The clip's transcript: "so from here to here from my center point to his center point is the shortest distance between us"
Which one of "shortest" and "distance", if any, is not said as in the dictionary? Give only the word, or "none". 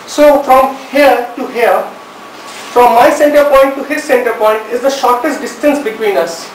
none